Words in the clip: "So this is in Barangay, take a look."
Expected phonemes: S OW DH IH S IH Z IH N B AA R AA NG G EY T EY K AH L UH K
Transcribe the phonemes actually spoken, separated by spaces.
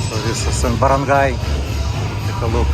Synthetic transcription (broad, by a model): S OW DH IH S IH S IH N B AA R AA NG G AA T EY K AH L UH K